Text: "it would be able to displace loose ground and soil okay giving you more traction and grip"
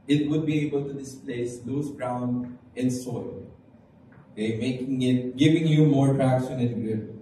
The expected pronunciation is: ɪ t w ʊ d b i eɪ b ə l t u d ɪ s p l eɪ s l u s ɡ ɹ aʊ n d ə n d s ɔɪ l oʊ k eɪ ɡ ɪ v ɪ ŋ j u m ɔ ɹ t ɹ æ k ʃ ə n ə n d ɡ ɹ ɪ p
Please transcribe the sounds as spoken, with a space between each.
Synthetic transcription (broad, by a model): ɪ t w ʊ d b i eɪ b ə l t u d ɪ s p l eɪ s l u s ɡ ɹ aʊ n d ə n s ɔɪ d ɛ k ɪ ɡ ɪ v ɪ ŋ j u m ɔ ɹ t ɹ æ k s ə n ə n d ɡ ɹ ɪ